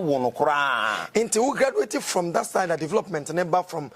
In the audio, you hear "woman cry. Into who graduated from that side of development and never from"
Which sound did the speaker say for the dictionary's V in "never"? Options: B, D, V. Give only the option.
B